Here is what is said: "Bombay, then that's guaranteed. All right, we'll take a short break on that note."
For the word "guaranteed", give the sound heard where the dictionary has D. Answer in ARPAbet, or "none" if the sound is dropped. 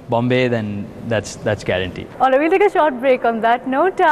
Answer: none